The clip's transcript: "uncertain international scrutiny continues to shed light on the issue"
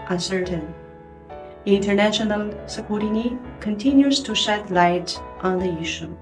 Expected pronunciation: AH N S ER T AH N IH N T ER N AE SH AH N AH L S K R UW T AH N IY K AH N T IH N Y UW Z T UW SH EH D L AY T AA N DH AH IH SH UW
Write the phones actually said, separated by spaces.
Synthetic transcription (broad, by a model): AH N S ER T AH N IH N T ER N AE SH AH N AH L S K UW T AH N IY K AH N T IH N Y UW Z T UW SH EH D L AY T AA N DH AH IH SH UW